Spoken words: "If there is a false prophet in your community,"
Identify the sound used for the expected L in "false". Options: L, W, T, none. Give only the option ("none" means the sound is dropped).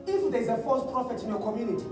none